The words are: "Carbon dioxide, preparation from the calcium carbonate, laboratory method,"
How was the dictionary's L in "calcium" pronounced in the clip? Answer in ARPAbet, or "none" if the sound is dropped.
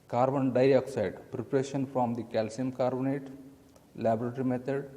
L